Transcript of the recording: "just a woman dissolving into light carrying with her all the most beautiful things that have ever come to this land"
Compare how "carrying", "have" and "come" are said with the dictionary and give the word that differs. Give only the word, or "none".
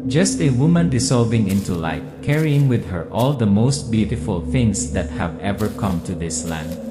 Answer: none